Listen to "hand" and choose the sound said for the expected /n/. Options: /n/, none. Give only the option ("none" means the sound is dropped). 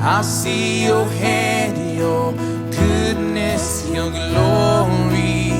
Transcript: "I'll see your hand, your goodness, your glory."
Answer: none